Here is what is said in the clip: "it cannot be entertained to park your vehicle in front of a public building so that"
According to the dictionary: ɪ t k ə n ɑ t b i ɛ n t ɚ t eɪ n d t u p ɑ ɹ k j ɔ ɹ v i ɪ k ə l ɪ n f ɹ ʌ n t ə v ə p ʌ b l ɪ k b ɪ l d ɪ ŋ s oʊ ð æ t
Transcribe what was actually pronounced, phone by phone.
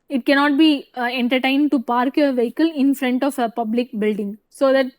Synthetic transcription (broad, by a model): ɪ t k ə n ɑ t b i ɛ n t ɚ t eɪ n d t u p ɑ ɹ k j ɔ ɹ v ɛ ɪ k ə l ɪ n f ɹ ʌ n t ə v ə p ʌ b l ɪ k b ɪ l d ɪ ŋ s oʊ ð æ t